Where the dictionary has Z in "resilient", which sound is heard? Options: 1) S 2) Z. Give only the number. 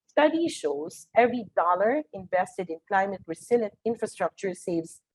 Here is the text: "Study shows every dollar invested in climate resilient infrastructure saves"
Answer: 1